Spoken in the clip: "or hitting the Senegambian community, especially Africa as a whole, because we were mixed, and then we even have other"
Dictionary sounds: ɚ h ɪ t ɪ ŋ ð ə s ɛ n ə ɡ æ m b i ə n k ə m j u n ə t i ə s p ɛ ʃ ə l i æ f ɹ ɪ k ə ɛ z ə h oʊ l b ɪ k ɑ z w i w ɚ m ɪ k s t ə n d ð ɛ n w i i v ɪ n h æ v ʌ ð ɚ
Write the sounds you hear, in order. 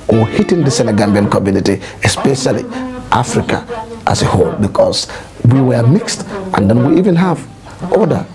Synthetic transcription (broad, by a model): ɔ h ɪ t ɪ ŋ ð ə s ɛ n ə ɡ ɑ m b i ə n k ə m j u n ə t i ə s p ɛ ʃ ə l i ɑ f ɹ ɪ k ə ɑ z ə h oʊ l b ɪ k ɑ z w i w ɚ m ɪ k s t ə n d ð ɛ n w i i v ɪ n h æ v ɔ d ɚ